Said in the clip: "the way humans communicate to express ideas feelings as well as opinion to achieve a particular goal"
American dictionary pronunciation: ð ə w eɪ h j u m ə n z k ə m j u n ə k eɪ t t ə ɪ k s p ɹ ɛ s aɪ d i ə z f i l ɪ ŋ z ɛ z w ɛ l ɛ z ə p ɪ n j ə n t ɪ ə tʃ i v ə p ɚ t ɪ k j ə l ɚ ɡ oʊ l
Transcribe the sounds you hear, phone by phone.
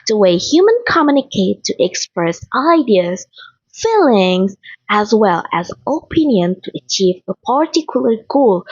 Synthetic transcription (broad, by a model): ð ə w eɪ h j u m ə n k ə m j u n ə k eɪ t t ə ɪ k s p ɹ ɛ s aɪ d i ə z f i l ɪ ŋ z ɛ z w ɛ l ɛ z ə p ɪ n j ə n t ɪ ə tʃ i v ə p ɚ t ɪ k j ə l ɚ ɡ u l